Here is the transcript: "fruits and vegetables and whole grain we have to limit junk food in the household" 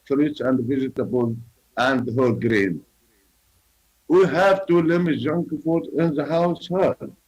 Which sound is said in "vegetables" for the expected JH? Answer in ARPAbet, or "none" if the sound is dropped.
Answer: Z